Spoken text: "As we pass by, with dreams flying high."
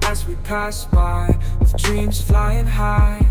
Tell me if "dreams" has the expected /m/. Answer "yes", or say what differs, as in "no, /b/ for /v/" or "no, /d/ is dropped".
yes